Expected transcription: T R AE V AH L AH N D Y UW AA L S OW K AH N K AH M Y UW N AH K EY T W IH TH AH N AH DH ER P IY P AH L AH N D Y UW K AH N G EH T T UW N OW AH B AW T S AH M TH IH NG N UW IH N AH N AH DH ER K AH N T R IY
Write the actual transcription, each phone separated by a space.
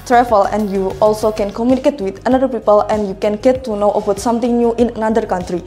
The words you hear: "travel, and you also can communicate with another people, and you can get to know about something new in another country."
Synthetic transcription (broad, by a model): T R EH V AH L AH N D Y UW AA L S OW K AH N K AH M Y UW N AH K EY T W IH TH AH N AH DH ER P IY P AH L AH N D Y UW K AH N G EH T T UW N OW AH B AW T S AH M T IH NG N UW IH N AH N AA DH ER K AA N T R IY